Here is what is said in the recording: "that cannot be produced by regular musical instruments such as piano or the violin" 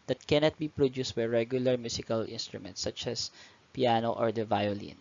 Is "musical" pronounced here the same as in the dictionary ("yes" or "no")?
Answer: no